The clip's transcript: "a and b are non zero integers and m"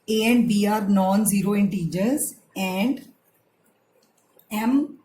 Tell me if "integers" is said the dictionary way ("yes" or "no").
yes